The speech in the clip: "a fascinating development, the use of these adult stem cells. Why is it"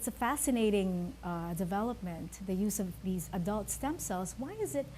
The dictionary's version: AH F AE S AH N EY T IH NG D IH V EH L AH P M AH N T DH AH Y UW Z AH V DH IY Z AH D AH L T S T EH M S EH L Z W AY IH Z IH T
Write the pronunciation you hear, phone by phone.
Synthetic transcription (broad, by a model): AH F AE S AH N EY T IH NG D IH V EH L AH P M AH N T DH AH Y UW Z AH V DH IY Z AH D AH L T S T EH M S EH L Z W AY IH Z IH T